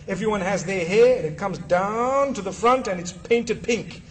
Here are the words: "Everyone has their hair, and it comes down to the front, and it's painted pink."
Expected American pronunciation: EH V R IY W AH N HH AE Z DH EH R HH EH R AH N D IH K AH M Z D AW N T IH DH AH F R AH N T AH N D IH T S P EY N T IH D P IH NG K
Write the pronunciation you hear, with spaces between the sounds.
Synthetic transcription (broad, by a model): EH V R IY W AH N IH Z DH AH R HH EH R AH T K AH M Z D AW N T IH DH AH F R AH N T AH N IH T S P EY N T IH D P IH NG K